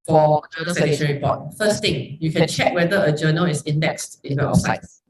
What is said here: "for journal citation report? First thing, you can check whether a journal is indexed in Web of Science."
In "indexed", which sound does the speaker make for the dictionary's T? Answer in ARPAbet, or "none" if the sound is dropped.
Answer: T